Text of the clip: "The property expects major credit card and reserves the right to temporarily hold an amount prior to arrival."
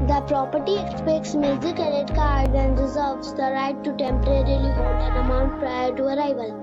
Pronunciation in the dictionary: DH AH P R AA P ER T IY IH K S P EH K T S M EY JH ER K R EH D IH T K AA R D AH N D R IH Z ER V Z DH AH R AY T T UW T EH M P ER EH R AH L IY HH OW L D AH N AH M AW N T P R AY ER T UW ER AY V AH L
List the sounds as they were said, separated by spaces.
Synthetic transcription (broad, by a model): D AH P R AA P ER T IY IH K S P EH K T S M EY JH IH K EH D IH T K AA R D AH N D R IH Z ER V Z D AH R AY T T UW T EH M P ER EH R AH L IY HH OW L D AH N AH M AW N T P R AY ER T UW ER AY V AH L